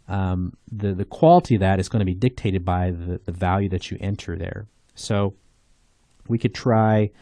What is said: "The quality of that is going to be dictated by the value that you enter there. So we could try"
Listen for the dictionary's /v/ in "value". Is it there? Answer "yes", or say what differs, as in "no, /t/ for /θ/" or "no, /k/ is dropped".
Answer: yes